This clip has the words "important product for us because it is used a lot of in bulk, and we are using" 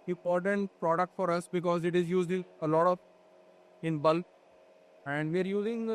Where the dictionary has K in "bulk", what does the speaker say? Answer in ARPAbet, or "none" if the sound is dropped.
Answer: none